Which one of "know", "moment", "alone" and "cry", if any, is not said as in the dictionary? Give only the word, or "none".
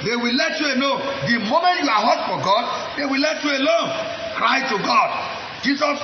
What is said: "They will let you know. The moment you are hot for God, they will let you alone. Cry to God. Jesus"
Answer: know